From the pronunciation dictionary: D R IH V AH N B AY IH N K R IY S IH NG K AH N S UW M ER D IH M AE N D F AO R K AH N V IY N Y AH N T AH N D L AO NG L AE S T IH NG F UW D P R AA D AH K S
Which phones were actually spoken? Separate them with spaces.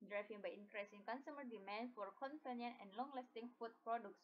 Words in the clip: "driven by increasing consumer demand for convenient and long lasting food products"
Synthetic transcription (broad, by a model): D R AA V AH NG B AY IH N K R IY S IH NG K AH N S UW M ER D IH M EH N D F AO R K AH N F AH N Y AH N AH N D L AO NG L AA S T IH NG F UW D P R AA D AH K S